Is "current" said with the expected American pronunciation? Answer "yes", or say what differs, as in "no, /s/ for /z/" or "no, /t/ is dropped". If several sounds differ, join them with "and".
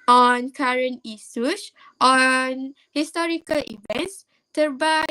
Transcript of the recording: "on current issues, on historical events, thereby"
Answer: no, /t/ is dropped